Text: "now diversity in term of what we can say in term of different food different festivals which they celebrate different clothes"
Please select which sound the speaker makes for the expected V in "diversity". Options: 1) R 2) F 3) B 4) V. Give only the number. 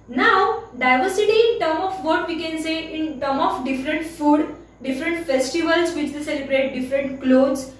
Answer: 4